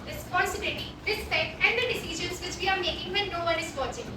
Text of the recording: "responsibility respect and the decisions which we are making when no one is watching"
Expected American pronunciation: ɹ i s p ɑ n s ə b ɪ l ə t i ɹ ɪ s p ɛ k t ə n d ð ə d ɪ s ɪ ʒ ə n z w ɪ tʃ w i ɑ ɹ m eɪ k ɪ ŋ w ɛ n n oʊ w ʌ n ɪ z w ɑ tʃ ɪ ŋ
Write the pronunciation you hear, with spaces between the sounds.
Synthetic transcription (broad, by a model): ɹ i s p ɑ n s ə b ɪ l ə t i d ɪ s ɛ t ə n d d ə d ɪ s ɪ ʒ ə n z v ɪ tʃ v i ɑ ɹ m eɪ k ɪ ŋ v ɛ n n oʊ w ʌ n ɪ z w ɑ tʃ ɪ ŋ